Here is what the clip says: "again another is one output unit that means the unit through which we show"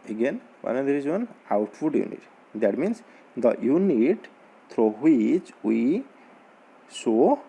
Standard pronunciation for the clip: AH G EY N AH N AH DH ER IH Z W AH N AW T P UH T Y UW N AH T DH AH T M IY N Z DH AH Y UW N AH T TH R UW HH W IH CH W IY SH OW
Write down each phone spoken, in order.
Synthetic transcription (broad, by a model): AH G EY N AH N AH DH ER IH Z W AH N AW T F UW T Y UW N AH T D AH T M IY N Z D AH Y UW N AH T T R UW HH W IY CH W IY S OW